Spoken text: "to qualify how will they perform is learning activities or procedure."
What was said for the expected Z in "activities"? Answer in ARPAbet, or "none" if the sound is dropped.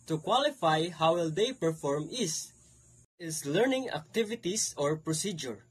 S